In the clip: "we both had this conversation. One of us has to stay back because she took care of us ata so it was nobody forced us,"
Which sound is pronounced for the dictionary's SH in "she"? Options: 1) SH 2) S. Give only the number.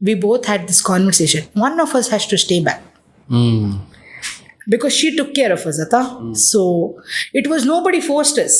1